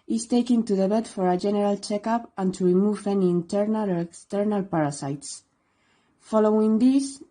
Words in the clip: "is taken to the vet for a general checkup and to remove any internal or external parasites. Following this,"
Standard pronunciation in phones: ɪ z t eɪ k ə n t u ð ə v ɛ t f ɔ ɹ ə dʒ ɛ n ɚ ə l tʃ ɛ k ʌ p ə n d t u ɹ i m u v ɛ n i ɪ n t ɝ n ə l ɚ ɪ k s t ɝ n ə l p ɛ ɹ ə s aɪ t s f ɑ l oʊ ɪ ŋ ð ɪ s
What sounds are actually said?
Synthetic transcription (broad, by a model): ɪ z t eɪ k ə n t u ð ə b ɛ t f ɔ ɹ ə dʒ ɛ n ɚ ə l tʃ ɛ k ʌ p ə n t u ɹ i m u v ɛ n i n t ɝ n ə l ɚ ɪ k s t ɝ n ə l p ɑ ɹ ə s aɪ t s f ɑ l oʊ ɪ ŋ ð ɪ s